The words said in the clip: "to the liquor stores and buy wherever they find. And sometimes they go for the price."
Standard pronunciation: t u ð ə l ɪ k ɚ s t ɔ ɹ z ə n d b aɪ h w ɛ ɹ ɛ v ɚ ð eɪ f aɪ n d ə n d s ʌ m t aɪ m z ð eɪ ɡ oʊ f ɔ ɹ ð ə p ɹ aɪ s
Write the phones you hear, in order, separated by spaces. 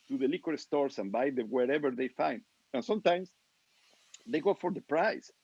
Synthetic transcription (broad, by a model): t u ð ə l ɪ k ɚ s t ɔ ɹ s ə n b aɪ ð w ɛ ɹ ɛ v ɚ ð eɪ f aɪ n d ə n s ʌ m t aɪ m s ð eɪ ɡ oʊ f ɔ ɹ ð ə p ɹ aɪ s